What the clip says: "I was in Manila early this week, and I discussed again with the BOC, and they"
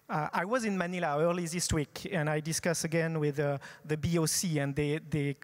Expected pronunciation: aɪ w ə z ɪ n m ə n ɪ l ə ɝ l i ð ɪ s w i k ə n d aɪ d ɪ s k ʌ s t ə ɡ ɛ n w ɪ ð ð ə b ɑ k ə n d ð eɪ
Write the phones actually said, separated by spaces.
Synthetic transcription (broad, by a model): aɪ w ə z ɪ n m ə n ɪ l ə ɝ l i ð ɪ s w i k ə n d aɪ d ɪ s k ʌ s ə ɡ ɛ n w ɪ ð ð ə b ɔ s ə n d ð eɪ